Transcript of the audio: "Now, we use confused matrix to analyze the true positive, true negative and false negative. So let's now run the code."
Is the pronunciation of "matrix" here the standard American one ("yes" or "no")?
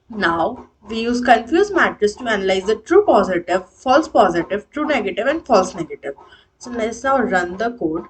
no